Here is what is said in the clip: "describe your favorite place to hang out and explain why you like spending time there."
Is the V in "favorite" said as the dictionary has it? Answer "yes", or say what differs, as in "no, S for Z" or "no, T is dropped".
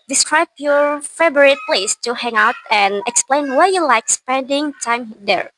no, B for V